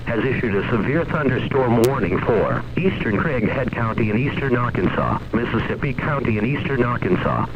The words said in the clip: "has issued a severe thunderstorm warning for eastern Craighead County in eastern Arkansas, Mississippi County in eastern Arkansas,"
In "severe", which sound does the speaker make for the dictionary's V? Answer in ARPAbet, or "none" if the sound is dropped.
V